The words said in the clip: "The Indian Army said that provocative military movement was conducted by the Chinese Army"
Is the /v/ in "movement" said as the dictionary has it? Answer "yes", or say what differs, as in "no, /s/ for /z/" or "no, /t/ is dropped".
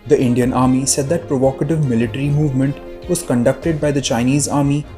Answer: yes